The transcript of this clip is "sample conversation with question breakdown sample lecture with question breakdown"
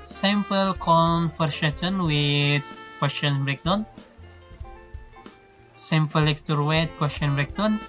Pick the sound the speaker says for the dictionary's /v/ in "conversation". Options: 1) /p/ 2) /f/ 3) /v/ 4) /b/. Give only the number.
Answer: 2